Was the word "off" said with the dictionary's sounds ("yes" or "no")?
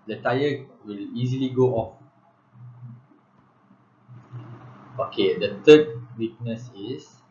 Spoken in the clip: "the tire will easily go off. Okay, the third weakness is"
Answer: yes